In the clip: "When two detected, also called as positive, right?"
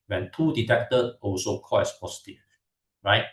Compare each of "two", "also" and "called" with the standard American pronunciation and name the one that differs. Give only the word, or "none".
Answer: called